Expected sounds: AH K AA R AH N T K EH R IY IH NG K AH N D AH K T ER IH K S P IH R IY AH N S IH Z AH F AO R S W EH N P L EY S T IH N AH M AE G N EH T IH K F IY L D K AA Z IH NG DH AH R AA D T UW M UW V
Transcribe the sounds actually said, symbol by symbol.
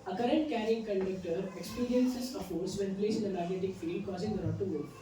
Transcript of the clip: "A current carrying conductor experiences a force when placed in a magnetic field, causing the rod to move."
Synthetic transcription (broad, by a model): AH K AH R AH N T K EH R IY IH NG K AH N D AH K T ER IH K S P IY R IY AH N S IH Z AH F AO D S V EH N P L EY S IH N AH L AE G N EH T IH K F IY L D K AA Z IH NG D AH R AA T UW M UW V